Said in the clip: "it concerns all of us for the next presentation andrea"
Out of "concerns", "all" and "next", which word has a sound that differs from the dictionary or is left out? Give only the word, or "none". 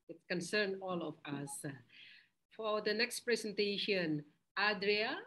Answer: concerns